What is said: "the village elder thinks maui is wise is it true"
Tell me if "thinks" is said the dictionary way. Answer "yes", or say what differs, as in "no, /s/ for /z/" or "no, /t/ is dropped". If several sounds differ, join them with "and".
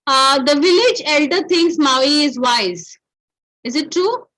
no, /t/ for /θ/